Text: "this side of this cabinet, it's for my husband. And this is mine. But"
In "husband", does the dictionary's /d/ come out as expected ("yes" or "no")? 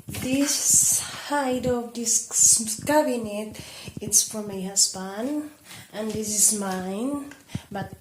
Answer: no